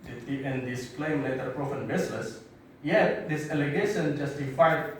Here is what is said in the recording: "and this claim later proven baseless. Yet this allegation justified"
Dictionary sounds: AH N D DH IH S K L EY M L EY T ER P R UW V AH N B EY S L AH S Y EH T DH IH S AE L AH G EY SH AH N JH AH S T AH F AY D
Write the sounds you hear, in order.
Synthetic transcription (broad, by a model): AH N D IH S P L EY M L EY T ER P R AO F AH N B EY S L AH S Y EH T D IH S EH L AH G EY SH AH N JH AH S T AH F AY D